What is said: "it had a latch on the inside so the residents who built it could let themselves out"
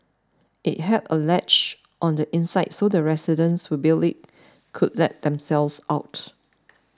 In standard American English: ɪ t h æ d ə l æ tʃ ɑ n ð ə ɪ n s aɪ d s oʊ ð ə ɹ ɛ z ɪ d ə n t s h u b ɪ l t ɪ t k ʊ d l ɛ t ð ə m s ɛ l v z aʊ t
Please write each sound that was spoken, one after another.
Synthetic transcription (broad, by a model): ɪ t h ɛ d ə l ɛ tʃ ɑ n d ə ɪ n s aɪ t s oʊ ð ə ɹ ɛ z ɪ d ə n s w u b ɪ l ɪ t k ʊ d l ɛ t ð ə m s ɛ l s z aʊ t